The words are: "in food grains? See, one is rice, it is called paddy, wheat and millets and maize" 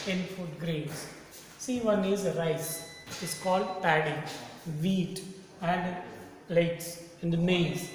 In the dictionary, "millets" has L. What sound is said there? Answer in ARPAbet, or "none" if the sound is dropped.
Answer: none